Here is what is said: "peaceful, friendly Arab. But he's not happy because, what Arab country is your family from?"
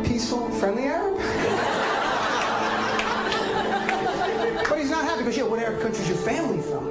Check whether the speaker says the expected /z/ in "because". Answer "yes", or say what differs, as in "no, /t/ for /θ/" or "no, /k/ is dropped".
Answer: no, /z/ is dropped